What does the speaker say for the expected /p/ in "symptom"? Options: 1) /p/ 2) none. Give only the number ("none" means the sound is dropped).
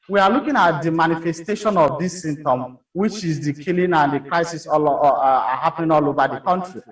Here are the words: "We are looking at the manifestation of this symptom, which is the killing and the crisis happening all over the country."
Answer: 2